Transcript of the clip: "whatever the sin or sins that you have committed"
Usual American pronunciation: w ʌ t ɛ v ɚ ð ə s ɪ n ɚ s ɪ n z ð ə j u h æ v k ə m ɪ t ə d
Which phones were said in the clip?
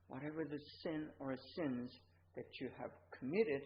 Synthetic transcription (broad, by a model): w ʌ t ɛ v ɚ ð ə s ɪ n ɚ s ɪ n z ð ə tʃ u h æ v k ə m ɪ t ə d